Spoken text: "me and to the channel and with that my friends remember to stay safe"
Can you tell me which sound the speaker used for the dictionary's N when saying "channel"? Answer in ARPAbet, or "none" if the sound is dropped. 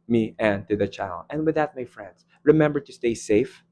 none